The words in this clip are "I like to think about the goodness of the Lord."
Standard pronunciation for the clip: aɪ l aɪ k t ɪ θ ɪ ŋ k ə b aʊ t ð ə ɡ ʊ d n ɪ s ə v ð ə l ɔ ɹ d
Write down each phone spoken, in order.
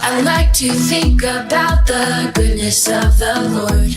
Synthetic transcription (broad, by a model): aɪ l aɪ k t ɪ θ ɪ ŋ k ə b aʊ t ð ə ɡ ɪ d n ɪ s ə v ð ə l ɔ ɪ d